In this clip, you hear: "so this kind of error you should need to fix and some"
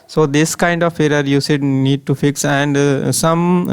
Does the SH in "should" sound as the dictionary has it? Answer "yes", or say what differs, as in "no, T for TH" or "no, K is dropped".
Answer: no, S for SH